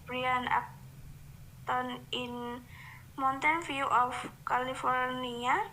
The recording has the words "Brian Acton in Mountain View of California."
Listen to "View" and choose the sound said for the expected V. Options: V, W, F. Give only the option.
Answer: F